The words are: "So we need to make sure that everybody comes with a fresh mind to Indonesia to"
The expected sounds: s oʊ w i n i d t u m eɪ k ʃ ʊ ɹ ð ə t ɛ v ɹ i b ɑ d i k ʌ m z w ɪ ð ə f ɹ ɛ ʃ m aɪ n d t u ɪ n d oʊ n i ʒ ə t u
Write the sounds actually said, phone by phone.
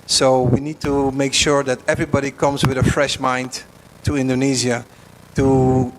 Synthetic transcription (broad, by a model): s oʊ w i n i d t u m eɪ k ʃ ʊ ɹ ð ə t ɛ v ɹ i b ɑ d i k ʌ m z w ɪ ð ə f ɹ ɛ ʃ m aɪ n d t u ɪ n d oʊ n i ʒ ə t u